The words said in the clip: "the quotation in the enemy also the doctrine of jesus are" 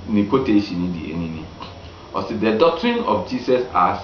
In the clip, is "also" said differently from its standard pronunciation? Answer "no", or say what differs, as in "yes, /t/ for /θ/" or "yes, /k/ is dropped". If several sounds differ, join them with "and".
yes, /l/ is dropped